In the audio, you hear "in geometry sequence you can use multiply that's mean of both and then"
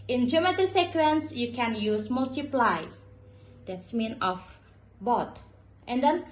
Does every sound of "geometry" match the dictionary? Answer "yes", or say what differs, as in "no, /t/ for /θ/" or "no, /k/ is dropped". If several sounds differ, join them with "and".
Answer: no, /ɹ/ is dropped